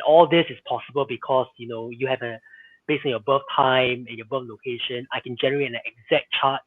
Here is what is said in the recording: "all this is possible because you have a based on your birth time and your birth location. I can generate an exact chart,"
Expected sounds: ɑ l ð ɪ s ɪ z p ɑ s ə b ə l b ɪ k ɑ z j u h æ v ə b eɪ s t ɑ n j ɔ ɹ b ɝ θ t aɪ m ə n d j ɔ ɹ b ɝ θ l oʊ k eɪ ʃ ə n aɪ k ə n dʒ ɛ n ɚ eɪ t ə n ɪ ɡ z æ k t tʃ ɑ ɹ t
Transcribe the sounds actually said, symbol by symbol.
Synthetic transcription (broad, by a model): ɑ l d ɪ s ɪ s p ɑ s ə b ə l b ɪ k ɑ s j u h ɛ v ə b eɪ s ɑ n j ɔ b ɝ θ t aɪ m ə n j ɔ b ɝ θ l oʊ k eɪ ʃ ə n aɪ k ə n dʒ ɛ n ɚ eɪ t ə n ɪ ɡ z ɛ k tʃ ɑ t